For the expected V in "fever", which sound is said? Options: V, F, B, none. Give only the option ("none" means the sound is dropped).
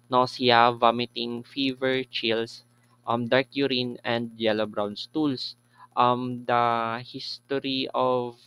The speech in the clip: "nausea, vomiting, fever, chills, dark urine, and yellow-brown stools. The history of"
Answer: V